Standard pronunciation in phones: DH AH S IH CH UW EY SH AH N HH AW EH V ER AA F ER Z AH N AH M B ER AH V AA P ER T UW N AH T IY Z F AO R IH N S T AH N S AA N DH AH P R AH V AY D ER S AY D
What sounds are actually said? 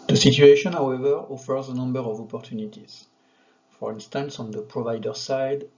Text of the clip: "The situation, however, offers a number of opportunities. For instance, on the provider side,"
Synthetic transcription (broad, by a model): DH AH S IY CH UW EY SH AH N HH AW EH V ER AA F ER Z AH N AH M B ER AH V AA P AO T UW N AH T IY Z F AO R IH N S T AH N S AA N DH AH P R AH V AY D ER S AY D